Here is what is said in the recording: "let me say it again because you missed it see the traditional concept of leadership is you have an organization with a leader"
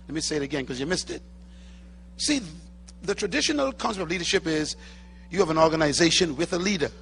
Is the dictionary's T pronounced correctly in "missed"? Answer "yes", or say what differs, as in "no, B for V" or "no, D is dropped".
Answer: yes